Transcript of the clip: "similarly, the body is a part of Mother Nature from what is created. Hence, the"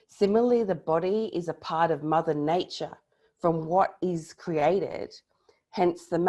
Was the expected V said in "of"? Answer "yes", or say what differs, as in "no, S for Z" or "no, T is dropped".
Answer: yes